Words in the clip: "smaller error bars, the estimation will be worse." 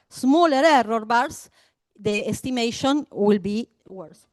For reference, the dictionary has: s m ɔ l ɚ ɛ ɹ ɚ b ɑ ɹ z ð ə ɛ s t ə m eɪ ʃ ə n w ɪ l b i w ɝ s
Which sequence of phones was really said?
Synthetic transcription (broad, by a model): s m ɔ l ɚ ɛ ɹ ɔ b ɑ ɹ s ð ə ɛ s t ə m eɪ ʃ ə n w ɪ l b i w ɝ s